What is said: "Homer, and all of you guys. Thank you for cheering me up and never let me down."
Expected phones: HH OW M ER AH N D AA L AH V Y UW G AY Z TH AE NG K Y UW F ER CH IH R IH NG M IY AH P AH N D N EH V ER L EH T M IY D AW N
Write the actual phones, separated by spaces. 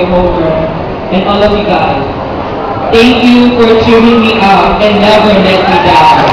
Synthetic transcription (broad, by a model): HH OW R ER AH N AA L AH V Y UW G AY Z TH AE NG K Y UW F ER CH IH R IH NG M IY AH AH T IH N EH W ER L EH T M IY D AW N